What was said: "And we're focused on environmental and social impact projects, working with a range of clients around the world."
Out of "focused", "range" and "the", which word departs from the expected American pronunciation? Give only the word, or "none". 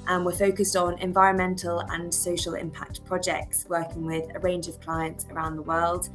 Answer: none